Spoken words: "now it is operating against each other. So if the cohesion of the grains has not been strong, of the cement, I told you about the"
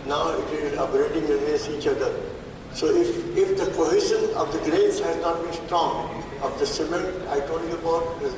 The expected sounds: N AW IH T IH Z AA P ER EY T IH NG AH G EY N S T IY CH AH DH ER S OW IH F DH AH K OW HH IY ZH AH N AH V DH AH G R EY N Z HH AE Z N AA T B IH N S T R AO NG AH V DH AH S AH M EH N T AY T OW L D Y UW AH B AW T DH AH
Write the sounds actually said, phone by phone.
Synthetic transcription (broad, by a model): N AW IH T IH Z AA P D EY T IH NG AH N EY S IY CH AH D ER S OW IH F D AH K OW HH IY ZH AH N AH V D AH G R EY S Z HH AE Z N AA T B IH N S T R AO NG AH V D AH S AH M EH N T AY T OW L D Y UW AH B AW T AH